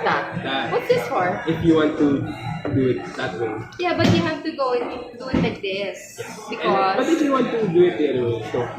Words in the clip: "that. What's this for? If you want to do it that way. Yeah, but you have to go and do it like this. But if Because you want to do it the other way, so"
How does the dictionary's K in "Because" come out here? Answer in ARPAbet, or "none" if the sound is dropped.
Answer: none